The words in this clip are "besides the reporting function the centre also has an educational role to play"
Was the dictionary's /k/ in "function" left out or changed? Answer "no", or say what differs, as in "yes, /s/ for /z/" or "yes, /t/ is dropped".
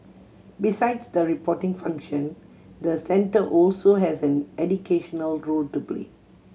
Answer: no